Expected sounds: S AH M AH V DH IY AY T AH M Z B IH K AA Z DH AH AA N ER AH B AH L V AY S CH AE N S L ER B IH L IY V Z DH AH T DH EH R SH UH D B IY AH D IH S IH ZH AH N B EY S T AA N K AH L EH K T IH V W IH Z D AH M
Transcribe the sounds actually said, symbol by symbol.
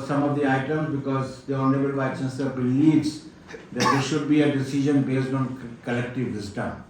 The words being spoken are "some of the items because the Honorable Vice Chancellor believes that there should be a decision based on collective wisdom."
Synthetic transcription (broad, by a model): S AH M AH V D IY AY T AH M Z B IH K AA Z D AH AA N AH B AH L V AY CH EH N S ER B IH L IY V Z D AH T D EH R SH UH D B IY AH D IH S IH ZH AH N B EY S T AA N K AH L EH K T IH V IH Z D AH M